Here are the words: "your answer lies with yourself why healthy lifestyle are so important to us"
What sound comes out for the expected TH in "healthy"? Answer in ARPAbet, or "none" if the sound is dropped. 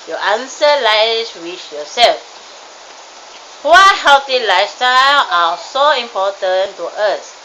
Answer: T